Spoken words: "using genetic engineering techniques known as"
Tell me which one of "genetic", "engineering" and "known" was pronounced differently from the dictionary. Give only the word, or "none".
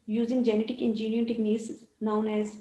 engineering